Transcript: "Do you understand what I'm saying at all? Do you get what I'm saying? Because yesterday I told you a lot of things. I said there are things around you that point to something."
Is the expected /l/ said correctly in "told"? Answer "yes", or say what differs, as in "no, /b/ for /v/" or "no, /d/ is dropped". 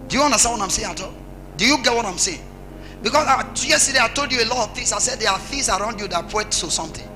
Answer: yes